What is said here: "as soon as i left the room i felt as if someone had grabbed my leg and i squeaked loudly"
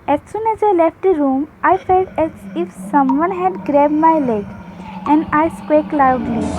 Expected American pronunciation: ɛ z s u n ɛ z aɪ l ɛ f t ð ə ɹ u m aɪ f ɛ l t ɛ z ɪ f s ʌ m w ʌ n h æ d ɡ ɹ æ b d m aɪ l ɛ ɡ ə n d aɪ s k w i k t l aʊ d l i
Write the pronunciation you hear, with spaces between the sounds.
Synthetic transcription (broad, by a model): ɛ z s u n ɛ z aɪ l ɛ f t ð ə ɹ u m aɪ f ɛ l t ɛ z ɪ f s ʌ m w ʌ n h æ d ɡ ɹ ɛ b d m aɪ l ɛ ɡ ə n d aɪ s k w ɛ k l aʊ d l i